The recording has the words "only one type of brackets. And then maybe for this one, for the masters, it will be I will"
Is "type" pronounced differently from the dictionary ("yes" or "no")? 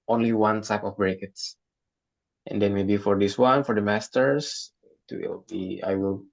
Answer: yes